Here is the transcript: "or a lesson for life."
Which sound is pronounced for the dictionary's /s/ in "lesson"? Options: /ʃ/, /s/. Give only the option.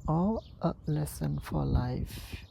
/s/